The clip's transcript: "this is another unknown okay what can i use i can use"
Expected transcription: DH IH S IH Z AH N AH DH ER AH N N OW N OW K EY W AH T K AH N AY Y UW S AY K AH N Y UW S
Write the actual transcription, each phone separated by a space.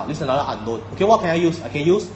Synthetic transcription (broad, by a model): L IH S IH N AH L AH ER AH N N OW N OW K EY W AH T K AH N AY Y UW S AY K AH N Y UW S